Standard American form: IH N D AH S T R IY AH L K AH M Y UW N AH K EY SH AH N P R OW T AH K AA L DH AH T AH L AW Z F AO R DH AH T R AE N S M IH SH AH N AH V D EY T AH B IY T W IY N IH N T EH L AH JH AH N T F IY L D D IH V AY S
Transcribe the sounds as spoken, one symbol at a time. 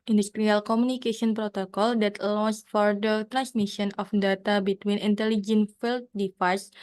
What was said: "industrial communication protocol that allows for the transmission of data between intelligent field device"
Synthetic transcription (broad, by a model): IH N D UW S T R IY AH L K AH M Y UW N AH K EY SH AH N P R OW T AH K AA L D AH T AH N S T F AO R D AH T R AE N S M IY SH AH N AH F D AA T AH B IY T W IY N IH N T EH L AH JH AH N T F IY L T D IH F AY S